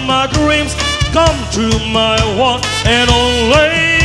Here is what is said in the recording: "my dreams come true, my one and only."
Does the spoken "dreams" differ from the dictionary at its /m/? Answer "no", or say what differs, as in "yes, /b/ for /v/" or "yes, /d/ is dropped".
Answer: no